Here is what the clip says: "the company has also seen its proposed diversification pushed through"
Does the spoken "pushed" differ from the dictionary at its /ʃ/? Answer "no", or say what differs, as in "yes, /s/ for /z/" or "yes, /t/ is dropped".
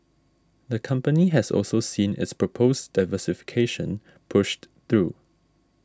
no